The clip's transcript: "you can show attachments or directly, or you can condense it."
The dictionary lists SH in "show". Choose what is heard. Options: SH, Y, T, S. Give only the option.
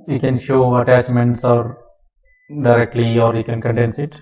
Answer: SH